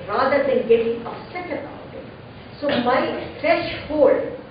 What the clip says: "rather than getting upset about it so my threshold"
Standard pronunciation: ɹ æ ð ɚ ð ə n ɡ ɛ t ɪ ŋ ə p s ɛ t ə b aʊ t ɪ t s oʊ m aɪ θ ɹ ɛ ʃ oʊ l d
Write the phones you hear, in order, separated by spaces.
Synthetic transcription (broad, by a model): ɹ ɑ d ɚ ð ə n ɡ ɛ t ɪ ŋ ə s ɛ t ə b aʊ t ɪ t s oʊ m aɪ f ɹ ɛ ʃ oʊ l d